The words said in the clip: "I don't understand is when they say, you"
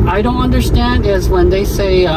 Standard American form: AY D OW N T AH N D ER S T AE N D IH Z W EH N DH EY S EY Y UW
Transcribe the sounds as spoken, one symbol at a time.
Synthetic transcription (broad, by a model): AY D OW N T AH N D ER S T AE N D IH Z W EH N DH EY S EY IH